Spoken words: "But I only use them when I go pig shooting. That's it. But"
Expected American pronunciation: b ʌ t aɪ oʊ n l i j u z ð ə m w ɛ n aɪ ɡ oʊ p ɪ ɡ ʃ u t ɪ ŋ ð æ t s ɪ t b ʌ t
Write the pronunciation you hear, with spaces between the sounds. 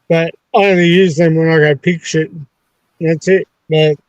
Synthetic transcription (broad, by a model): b ʌ t aɪ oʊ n i j u z ð ə m w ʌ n aɪ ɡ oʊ p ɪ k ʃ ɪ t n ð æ t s ɪ t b ʌ t